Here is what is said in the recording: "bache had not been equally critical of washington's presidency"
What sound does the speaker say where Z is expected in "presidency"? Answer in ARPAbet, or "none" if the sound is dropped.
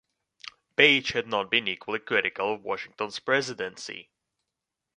Z